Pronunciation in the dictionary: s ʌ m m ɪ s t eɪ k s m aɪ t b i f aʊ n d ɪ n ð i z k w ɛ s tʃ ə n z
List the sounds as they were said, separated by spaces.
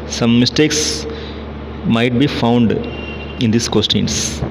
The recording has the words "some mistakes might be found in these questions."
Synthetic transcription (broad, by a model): s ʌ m m ɪ s t eɪ k s m aɪ t b i f aʊ n d ɪ n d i s k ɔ s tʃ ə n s